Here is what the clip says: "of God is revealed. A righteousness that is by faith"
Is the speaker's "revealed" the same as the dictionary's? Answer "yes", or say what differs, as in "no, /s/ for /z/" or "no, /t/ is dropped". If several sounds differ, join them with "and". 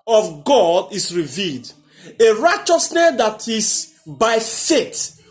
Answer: yes